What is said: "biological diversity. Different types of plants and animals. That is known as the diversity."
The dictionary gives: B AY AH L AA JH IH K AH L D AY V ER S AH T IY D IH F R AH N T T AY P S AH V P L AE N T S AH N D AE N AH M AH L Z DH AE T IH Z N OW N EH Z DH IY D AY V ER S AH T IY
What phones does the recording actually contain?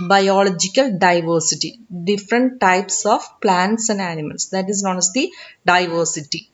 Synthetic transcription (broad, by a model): B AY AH L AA JH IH K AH L D AY V ER S AH T IY D IH F R AH N T T AY P S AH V P L AE N T S AH N D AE N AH M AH L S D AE T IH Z N OW N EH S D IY D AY V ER S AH T IY